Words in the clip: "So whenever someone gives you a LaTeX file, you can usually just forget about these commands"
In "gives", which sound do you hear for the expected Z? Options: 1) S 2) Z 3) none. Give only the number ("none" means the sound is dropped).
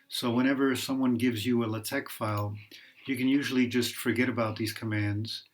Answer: 2